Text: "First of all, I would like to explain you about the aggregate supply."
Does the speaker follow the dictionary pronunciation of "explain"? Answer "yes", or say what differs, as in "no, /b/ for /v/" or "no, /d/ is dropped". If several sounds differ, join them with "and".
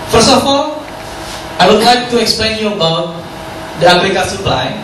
yes